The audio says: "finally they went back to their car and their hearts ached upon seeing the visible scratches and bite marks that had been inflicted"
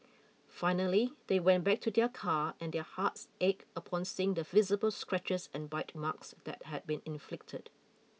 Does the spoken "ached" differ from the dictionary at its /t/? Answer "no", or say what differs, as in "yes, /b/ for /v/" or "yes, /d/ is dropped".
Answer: yes, /t/ is dropped